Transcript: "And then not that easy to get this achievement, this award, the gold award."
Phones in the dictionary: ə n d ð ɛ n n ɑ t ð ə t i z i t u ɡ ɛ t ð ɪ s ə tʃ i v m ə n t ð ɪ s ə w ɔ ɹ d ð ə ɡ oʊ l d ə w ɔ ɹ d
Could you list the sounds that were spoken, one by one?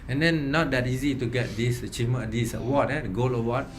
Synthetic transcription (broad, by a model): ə n d ɛ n n ɑ t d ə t i z i t u ɡ ɛ t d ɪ s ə tʃ i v m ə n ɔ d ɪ s w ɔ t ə ɡ oʊ l ə w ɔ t